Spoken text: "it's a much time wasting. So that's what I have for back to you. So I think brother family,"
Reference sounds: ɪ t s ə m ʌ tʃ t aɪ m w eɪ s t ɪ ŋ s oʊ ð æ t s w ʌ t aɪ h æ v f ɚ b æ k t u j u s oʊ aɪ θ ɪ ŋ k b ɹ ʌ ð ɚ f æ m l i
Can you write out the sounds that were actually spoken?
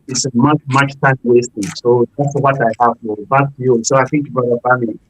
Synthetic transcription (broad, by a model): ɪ t s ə m ʌ tʃ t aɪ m w eɪ s t ɪ ŋ s oʊ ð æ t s w ʌ t aɪ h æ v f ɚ b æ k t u j u s oʊ aɪ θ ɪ ŋ k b ʌ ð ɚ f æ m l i